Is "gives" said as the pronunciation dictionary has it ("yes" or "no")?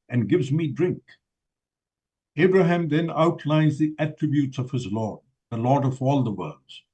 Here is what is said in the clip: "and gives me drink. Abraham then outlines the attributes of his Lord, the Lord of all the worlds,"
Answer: yes